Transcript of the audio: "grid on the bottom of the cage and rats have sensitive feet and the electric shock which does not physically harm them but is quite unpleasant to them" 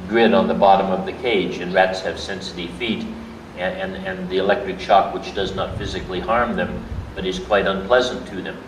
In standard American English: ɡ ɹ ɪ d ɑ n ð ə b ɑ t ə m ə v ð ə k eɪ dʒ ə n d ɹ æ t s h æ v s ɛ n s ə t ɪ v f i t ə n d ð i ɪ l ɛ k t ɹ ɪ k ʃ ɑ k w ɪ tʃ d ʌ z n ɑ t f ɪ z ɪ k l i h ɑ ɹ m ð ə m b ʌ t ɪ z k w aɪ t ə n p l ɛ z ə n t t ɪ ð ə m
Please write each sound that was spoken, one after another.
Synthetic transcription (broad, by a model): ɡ ɹ ɪ d n ð ə b ɑ t ə m ə v ð ə k eɪ dʒ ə n ɹ æ t s h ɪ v s ɛ n s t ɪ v f i t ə n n ð i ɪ l ɛ k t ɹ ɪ k ʃ ɑ k w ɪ tʃ d ʌ z n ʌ t f ɪ z ɪ k l i h ɑ ɹ m ð ə m b ʌ t ɪ z k w aɪ t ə n p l ɛ z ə n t t ɪ ð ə m